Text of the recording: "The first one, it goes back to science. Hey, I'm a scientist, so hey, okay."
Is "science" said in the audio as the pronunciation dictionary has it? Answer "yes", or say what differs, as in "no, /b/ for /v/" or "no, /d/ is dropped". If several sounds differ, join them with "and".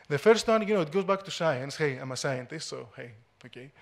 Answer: yes